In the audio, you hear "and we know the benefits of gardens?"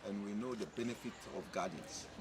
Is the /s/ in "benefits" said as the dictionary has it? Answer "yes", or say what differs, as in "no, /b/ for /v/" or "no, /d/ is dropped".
no, /s/ is dropped